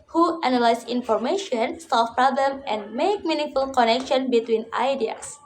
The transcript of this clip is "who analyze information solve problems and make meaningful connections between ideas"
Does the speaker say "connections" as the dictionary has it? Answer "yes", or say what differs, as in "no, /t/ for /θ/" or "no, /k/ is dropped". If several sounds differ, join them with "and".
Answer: no, /z/ is dropped